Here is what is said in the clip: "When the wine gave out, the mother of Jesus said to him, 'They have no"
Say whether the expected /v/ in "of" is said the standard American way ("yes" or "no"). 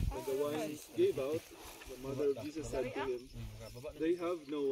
yes